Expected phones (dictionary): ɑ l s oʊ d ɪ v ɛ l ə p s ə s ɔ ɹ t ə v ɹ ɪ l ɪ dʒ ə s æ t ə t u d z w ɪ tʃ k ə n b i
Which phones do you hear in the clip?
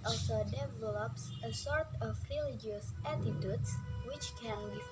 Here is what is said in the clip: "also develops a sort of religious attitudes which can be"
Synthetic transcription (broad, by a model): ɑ l s oʊ d ɪ v ɛ l ə p s ə s ɔ ɹ t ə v ɹ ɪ l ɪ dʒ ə s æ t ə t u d s w ɪ tʃ k ə n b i